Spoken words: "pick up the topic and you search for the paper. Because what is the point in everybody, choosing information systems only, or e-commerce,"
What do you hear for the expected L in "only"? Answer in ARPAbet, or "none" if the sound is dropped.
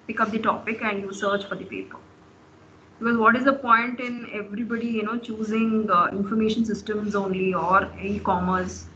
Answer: L